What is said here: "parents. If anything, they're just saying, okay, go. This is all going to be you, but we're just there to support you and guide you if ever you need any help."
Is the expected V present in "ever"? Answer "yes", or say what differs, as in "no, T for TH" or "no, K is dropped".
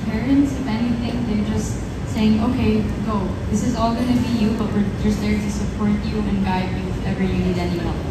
no, V is dropped